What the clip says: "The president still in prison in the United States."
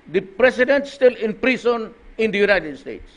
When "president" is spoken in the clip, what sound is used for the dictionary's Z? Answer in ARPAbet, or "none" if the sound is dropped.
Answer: S